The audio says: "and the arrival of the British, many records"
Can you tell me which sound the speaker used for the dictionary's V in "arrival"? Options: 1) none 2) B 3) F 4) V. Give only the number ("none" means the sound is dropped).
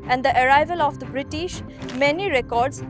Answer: 4